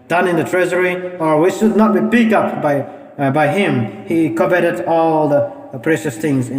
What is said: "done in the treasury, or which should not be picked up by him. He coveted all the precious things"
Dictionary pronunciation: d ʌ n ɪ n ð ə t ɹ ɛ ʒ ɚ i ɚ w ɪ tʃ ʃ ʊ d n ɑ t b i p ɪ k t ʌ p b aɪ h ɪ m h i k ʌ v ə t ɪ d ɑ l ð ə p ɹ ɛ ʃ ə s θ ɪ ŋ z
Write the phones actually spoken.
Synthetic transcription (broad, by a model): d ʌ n ɪ n ð ə t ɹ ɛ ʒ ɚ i ɚ w ɪ tʃ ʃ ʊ d n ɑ t b i b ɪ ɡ ʌ p b aɪ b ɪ m h i k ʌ b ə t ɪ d ɑ l ð ə p ɹ ɛ ʃ ə s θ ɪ ŋ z